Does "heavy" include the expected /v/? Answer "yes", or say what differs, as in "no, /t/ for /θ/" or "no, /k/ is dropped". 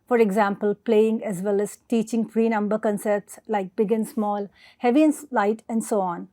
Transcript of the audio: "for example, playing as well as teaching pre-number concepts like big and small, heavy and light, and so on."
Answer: yes